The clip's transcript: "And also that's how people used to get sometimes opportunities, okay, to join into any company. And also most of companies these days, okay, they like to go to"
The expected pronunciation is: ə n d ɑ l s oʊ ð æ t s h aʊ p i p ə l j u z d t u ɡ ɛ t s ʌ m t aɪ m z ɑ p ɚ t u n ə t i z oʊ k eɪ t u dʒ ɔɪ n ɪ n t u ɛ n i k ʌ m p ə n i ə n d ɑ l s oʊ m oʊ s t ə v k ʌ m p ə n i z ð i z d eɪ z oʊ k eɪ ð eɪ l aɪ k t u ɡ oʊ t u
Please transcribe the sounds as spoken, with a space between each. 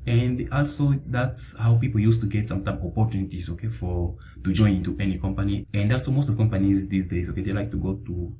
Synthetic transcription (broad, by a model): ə n d ɑ l s oʊ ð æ t s h aʊ p i p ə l j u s t u ɡ ɛ t s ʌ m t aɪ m ɑ p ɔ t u n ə t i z oʊ k eɪ t u dʒ ɔɪ n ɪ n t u ɛ n i k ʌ m p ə n i ə n d ɑ l s oʊ m oʊ s t ə v k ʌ m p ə n i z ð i s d eɪ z oʊ k eɪ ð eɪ l aɪ k t u ɡ oʊ t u